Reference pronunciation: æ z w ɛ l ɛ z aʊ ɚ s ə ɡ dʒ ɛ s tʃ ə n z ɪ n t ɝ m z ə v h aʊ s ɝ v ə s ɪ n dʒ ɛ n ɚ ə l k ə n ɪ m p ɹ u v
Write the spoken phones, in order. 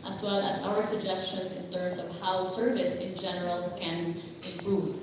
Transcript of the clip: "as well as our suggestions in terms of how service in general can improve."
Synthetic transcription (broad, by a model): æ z w ɛ l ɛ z aʊ ɚ s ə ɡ dʒ ɛ s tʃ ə n s ɪ n t ɝ m s ə v h aʊ s ɝ v ə s ɪ n dʒ ɛ n ɚ ə l k ə n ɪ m p ɹ u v